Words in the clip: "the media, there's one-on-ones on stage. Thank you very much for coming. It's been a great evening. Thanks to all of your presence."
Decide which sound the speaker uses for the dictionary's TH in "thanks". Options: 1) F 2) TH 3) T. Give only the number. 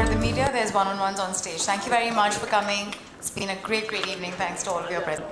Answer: 3